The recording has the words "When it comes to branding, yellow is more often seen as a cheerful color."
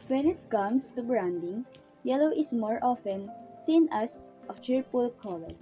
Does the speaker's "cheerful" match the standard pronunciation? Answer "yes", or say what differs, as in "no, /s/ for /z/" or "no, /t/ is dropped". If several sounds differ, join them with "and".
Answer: no, /p/ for /f/